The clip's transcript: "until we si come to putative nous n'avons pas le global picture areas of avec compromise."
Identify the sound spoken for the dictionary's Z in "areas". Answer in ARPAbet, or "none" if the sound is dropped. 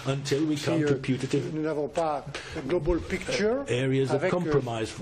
Z